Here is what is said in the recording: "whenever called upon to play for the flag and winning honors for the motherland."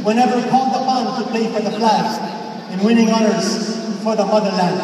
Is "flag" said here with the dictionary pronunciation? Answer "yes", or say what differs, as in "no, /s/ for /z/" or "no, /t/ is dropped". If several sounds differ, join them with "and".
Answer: no, /ɡ/ is dropped